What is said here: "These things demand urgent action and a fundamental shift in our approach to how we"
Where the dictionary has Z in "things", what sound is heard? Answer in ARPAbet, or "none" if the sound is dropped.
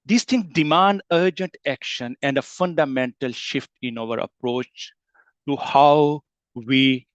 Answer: none